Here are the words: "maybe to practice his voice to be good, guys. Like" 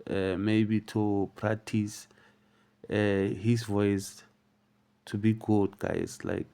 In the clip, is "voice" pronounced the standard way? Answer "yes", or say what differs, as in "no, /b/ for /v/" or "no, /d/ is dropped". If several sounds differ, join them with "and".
yes